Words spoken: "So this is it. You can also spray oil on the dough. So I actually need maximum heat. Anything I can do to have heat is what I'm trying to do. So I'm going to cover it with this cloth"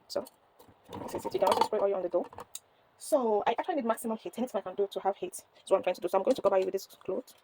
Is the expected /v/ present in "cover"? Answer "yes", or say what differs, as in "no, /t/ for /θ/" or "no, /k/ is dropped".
no, /b/ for /v/